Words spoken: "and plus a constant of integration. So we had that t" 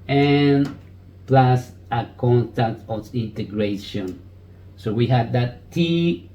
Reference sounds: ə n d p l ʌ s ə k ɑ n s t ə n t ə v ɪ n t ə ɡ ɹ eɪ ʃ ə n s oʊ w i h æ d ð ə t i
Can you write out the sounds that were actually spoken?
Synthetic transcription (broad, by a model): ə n p l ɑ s ə k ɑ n t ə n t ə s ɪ n t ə ɡ ɹ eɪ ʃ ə n s oʊ w i h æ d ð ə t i